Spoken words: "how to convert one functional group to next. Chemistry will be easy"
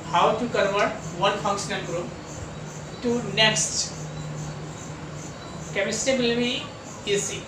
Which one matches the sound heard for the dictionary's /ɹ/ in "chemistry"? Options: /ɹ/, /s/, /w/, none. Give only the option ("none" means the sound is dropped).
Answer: none